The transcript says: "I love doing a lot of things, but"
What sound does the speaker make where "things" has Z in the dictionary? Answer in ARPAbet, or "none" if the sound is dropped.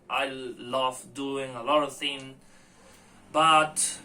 none